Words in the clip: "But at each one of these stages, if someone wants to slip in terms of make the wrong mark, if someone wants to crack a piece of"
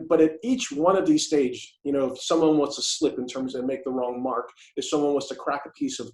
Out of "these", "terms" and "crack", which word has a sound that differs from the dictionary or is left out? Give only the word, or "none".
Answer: none